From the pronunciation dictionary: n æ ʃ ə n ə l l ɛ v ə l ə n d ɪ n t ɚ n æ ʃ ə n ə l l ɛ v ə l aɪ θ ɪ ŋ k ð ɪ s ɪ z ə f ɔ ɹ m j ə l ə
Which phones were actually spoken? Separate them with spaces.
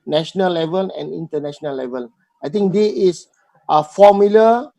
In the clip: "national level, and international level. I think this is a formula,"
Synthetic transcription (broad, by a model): n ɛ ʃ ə n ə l l ɛ v ə l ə n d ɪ n t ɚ n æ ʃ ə n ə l l ɛ v ə l aɪ t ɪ ŋ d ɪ ɪ s ə f ɔ m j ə l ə